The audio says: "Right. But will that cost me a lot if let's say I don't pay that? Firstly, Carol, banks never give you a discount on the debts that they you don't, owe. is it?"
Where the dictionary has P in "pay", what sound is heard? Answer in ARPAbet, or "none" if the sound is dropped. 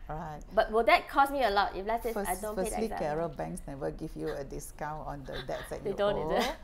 F